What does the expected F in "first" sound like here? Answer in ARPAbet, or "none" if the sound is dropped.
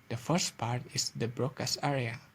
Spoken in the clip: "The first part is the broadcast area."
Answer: F